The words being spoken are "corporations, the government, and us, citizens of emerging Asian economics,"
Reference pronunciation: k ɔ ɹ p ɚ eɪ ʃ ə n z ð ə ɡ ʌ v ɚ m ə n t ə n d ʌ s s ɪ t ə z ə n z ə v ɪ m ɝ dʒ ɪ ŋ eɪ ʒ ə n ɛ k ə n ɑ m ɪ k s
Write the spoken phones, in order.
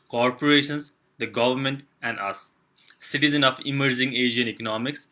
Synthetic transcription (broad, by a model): k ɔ ɹ p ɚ eɪ ʃ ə n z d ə ɡ ʌ v ɚ m ə n t ə n d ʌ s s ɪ t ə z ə n ə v ɪ m ɝ dʒ ɪ ŋ eɪ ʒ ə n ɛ k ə n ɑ m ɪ k s